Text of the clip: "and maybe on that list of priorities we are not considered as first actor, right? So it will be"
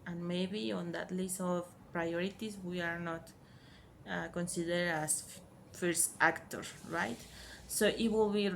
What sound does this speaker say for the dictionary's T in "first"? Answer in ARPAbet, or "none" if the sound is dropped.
T